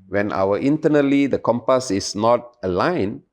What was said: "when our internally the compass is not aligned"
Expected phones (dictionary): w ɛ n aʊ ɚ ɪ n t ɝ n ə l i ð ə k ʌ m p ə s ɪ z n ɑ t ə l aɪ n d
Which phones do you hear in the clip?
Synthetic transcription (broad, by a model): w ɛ n aʊ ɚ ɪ n t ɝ n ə l i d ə k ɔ m p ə s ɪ s n ɑ t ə l aɪ n